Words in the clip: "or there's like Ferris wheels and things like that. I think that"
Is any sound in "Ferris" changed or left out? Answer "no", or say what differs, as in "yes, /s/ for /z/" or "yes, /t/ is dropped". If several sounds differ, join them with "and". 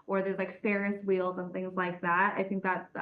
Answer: yes, /p/ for /f/